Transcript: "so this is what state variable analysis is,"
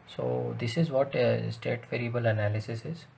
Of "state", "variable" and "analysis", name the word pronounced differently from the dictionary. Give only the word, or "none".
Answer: none